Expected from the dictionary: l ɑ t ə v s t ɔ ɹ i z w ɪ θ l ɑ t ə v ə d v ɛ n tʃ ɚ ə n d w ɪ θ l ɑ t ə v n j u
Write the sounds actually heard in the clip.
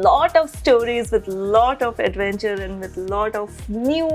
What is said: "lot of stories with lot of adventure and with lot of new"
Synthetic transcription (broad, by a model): l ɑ t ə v s t ɔ ɹ i z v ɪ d l ɑ t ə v ə d v ɛ n tʃ ɚ ə n d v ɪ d l ɑ t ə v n j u